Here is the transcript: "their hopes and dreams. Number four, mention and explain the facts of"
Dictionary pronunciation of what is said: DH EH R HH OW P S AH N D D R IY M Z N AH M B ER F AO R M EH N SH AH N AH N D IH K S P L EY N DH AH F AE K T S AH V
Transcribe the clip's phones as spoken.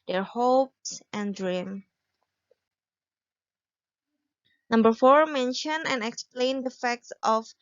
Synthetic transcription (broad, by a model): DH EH R HH OW P S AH N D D R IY M N AH M B ER F AO R M EH N SH AH N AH N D IH K S P L EY N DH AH F AE K T S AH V